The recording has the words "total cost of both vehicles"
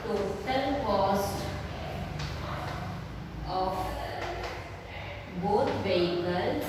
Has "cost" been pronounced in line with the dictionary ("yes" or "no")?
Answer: yes